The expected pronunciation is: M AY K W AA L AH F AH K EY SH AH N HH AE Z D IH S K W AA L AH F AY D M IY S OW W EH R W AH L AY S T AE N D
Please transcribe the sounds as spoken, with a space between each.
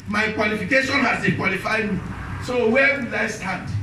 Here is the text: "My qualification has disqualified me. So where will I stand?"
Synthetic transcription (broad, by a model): M AY K W AA L AH F AH K EY SH AH N HH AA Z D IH K W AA L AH F AY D M IY S OW W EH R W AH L AY S T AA N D